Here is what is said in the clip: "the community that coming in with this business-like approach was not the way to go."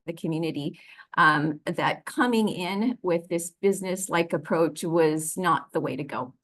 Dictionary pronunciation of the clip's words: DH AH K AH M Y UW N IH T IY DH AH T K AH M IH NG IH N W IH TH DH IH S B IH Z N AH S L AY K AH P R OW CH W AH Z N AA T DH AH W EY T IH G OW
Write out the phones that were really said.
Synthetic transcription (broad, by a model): DH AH K AH M Y UW N IH T IY DH AH T K AH M IH NG IH N W IH DH IH S B IH Z N AH S L AY K AH P R OW CH W AH Z N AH T DH AH W EY T IH G OW